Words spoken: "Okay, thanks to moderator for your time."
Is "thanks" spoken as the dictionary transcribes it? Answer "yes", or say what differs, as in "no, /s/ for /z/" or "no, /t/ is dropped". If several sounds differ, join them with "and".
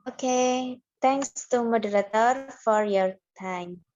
no, /t/ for /θ/